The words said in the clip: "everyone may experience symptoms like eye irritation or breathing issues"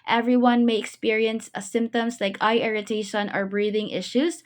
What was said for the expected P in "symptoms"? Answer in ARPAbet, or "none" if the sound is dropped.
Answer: P